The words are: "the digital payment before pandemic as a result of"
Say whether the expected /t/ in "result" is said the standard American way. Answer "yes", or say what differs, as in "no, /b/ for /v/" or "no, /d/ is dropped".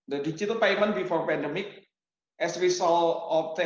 no, /t/ is dropped